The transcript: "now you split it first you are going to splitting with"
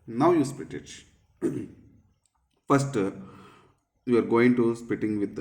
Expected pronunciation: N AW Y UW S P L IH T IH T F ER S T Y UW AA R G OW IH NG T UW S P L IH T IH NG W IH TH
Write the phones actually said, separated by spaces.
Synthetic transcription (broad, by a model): N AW Y UW S P IH T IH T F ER S T Y UW AA R G OW IH NG T UW S P IH T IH NG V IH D